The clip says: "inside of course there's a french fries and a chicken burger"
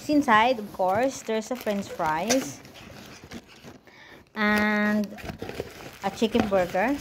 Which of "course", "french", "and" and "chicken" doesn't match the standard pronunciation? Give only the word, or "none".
french